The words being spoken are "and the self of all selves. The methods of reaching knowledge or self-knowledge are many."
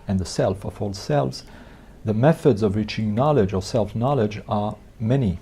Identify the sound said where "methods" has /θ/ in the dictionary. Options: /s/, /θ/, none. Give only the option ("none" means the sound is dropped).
/θ/